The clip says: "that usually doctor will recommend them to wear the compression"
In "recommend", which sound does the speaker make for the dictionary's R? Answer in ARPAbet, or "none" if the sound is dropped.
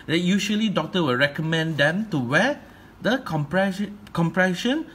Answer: R